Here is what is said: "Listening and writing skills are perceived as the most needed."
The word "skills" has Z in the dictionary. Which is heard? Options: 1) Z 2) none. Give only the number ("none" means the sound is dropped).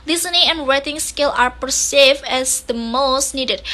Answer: 2